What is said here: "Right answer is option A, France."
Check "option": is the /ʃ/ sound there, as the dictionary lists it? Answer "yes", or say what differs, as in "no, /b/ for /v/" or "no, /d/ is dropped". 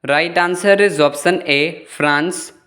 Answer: no, /s/ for /ʃ/